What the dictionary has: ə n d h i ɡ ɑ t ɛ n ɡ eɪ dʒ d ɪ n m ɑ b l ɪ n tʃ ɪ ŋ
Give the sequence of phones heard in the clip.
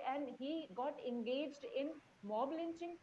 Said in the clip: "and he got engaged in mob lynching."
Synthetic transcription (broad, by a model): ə n d h i ɡ ɑ t ɛ n ɡ eɪ dʒ d ɪ n m ɑ b l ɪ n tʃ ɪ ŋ